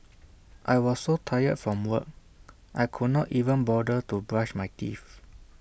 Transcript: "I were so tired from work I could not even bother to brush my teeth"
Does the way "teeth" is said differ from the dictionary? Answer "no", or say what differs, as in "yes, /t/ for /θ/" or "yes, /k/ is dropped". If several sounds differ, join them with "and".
yes, /f/ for /θ/